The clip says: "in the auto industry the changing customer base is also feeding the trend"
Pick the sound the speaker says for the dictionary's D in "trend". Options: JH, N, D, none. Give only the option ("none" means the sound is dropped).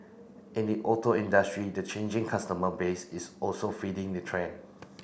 none